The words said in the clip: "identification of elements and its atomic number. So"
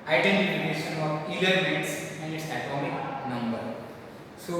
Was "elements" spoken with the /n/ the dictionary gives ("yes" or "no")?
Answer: no